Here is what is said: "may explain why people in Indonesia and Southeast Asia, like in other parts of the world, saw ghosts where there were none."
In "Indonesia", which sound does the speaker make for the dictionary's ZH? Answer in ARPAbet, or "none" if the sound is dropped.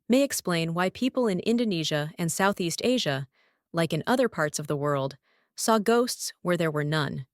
ZH